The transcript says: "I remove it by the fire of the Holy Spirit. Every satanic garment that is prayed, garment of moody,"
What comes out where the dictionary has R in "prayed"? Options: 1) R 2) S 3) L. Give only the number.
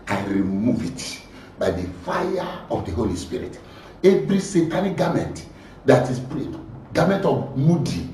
3